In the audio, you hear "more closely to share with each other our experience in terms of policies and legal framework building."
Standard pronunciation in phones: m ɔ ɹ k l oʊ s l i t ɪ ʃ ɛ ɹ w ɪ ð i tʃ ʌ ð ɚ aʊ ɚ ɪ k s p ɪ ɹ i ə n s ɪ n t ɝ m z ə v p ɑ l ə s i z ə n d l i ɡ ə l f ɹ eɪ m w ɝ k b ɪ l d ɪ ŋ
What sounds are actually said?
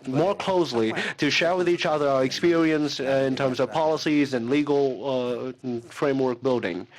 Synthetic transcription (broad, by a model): m ɔ ɹ k l oʊ s l i t ɪ ʃ ɛ ɹ w ɪ ð i tʃ ʌ ð ɚ aʊ ɚ ɪ k s p ɪ ɹ i ə n s ɪ n t ɝ m z ə v p ɑ l ə s i z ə n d l i ɡ l f ɹ eɪ m w ɝ k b ɪ l d ɪ ŋ